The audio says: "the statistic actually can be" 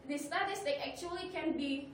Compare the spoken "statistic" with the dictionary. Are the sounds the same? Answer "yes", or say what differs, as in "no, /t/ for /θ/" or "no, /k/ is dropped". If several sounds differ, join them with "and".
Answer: no, /k/ is dropped